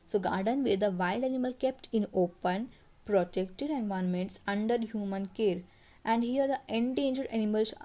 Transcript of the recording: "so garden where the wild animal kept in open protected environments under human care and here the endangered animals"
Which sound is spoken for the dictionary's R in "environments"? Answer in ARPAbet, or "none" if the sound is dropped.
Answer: none